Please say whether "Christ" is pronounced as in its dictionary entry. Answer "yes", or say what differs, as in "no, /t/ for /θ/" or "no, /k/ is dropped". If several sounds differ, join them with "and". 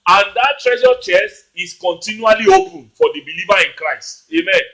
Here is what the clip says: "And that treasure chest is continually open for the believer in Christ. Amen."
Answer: yes